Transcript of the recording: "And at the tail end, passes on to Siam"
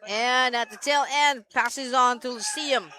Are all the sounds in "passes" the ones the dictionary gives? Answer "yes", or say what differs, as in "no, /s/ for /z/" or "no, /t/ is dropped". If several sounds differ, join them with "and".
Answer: yes